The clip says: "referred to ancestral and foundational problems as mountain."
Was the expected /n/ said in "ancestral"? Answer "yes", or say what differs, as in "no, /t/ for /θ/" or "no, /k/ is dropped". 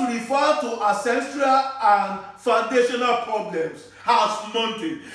no, /n/ is dropped